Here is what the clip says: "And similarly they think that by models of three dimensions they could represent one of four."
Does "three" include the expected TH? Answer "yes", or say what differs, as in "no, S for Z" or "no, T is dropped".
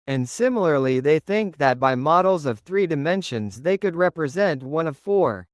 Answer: yes